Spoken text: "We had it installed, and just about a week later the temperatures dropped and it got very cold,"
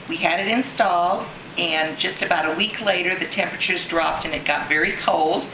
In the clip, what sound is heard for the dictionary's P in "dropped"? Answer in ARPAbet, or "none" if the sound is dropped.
P